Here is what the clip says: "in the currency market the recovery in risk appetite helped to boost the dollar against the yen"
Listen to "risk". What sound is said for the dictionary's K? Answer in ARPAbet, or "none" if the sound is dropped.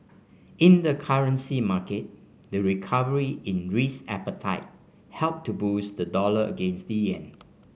none